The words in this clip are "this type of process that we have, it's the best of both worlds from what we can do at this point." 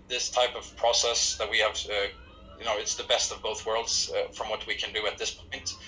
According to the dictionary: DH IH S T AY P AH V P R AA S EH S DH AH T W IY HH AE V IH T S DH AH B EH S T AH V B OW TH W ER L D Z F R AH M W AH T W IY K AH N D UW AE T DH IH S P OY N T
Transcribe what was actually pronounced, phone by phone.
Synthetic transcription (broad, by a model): DH IH S T AY P AH V P R AA S EH S DH AH T W IY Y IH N IH T S DH AH B EH S T AH V B OW TH W ER L D Z F R AH M W AH T W IY K AH N D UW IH T DH IH S P OY N T